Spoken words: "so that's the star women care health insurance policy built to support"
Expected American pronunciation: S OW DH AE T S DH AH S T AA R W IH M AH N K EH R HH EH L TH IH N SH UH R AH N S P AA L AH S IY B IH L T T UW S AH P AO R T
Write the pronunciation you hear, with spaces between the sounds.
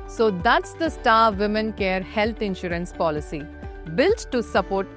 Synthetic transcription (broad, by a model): S OW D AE T S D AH S T AA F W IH M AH N K EH R HH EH L T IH N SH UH R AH N S P AA L AH S IY B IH L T T UW S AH P AO R T